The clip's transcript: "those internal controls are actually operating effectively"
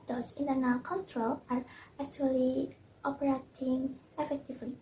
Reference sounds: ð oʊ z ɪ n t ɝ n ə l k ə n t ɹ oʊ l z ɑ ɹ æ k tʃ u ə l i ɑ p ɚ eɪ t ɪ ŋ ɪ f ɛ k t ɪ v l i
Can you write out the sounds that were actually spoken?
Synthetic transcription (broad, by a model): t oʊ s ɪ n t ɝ n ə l k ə n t ɹ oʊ l ɑ ɹ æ k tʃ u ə l i ɑ p ɚ eɪ t ɪ ŋ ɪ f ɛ k t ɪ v l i